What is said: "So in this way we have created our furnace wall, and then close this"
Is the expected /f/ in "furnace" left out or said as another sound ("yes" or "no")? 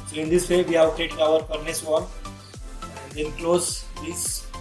yes